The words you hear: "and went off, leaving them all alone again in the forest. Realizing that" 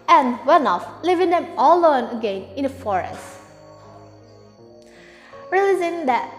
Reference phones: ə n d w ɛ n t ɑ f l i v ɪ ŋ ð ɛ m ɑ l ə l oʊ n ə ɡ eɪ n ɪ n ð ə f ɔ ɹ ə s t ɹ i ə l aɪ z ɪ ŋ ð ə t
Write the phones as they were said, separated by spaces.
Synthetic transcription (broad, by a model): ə n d w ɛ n ɑ f l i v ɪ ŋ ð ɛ m ɑ l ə oʊ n ə ɡ eɪ n ɪ n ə f ɔ ɹ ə s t ɹ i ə l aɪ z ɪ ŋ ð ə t